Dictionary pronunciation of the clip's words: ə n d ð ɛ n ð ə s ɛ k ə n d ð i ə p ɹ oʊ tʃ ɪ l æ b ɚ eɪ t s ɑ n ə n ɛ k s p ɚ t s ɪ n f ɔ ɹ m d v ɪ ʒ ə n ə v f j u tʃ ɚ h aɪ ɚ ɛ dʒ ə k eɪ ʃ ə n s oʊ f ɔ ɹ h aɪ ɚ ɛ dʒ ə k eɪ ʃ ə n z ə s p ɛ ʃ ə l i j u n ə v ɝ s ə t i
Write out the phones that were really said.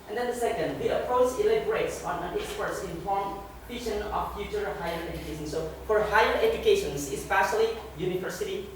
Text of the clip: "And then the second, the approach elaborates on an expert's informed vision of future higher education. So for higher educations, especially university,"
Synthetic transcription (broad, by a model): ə n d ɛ n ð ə s ɛ k ə n d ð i ə p ɹ oʊ tʃ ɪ l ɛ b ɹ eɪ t s ɑ n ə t ɛ k s p ɚ t s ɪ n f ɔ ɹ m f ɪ ʃ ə n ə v f j u tʃ ɚ h aɪ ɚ ɛ dʒ ə k eɪ ʃ ə n s oʊ f ɔ ɹ h aɪ ɚ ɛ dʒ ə k eɪ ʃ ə n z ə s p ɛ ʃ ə l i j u n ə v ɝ s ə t i